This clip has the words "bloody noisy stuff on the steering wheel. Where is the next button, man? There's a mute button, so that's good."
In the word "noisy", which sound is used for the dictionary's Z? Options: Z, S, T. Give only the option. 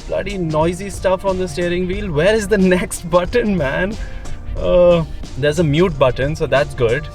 Z